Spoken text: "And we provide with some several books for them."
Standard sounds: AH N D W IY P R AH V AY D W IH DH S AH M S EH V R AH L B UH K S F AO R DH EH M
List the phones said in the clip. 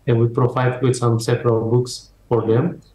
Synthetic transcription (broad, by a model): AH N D W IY P R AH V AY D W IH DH S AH M S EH P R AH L B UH K S F AO R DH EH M